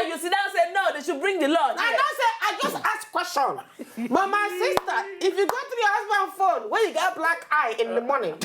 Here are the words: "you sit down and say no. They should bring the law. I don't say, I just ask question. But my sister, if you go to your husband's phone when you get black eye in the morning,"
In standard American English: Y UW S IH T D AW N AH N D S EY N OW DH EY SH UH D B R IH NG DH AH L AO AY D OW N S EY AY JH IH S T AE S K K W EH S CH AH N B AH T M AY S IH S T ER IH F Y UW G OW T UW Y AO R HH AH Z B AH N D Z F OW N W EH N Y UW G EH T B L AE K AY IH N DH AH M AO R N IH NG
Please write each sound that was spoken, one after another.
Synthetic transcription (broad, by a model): Y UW S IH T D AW AH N S EY N OW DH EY SH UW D B R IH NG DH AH L AO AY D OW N S EY AY JH IH S T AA S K K W EH S CH AH N B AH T M AY S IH S T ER IH F Y UW G OW T UW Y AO HH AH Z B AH N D F OW N W EH N Y UW G EH T B L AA K AY IH N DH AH M AO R N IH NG